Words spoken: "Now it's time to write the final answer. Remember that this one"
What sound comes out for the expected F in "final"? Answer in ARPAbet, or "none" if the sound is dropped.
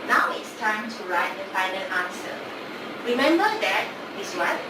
P